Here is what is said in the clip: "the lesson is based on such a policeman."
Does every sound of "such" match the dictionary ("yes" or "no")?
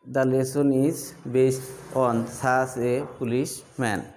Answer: no